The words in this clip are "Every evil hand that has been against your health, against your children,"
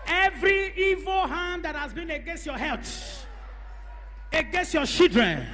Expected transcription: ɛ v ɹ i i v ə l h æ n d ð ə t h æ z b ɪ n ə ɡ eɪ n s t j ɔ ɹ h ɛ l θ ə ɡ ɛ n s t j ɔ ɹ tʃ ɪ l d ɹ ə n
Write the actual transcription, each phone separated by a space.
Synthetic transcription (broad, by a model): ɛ v ɹ i i v ə l h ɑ n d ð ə t h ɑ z b ɪ n ə ɡ eɪ n s t j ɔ h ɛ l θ ə ɡ ɛ n s t j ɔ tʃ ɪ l d ɹ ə n